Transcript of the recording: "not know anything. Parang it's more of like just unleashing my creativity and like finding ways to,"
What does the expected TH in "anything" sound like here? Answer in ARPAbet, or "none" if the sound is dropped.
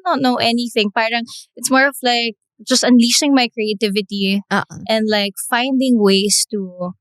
TH